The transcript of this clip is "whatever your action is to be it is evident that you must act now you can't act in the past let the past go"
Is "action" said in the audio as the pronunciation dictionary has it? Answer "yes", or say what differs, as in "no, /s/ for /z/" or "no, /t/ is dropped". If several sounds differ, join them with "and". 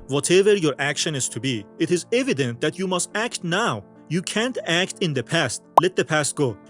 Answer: yes